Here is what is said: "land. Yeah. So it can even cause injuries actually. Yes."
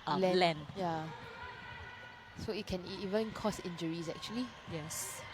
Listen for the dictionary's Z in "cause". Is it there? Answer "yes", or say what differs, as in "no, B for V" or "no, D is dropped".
no, S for Z